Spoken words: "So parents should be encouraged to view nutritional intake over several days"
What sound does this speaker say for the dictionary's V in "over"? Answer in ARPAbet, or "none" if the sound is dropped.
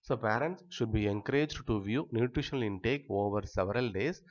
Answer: V